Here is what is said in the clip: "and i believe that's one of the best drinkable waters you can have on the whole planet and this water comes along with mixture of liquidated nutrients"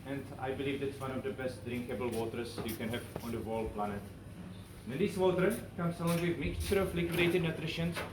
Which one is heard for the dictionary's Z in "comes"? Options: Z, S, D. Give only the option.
S